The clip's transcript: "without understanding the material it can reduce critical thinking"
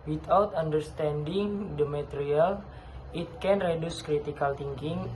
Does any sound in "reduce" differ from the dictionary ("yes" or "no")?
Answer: no